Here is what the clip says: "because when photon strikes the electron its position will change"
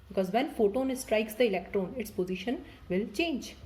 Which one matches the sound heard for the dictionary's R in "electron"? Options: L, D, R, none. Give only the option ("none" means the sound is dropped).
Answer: R